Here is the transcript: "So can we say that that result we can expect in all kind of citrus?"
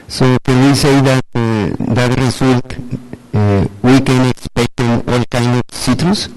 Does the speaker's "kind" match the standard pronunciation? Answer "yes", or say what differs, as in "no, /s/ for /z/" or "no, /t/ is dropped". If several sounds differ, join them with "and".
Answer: no, /d/ is dropped